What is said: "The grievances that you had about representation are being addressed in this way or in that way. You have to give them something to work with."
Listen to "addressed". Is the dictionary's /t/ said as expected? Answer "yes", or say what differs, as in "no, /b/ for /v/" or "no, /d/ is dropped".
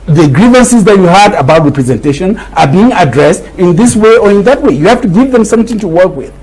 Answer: yes